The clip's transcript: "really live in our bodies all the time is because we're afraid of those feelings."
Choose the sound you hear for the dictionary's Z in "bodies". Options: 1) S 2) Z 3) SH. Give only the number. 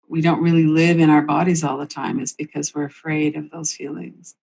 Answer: 2